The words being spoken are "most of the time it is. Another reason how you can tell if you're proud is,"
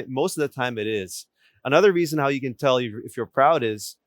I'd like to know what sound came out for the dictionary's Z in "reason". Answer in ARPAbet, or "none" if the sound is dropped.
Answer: Z